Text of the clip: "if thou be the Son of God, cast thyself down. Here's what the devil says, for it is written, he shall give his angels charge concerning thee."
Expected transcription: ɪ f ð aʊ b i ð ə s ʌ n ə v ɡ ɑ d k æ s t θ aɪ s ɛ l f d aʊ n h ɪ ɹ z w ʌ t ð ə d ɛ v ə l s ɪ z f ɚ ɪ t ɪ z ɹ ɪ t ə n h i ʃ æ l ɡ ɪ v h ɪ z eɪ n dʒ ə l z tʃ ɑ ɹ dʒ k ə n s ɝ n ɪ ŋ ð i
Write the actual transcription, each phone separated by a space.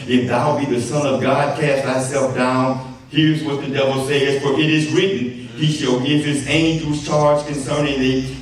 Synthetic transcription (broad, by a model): ɪ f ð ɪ b i ð ə s ʌ n ə v ɡ ɑ d k æ s t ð aɪ s ɛ l f d aʊ n h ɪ ɹ z w ʌ t ð ə d ɛ v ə l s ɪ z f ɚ ɪ t ɪ z ɹ ɪ t n h i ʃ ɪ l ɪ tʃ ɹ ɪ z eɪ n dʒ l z tʃ ɑ ɹ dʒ k ə n s ɝ n ɪ ŋ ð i